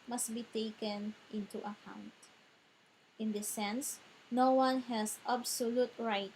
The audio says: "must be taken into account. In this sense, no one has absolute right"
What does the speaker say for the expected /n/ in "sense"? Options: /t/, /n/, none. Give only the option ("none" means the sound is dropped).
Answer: /n/